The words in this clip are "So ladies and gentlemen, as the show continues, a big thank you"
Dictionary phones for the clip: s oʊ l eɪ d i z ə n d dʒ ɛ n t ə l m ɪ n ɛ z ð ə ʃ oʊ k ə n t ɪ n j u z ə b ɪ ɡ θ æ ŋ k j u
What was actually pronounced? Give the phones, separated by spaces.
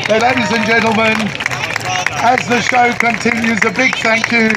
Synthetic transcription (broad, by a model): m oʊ n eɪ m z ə n dʒ ɛ n t l m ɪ n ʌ z ð ə ʃ oʊ k ə n t ɪ n j u z ə b ɪ ɡ θ æ ŋ k j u